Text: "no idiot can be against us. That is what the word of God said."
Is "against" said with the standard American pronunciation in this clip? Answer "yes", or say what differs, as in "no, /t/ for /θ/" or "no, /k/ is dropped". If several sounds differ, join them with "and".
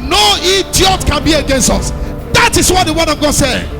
yes